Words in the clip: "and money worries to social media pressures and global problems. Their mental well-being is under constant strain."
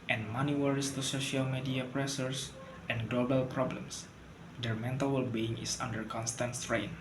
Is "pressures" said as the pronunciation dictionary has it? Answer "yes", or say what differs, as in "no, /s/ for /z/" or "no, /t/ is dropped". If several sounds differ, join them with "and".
no, /s/ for /ʃ/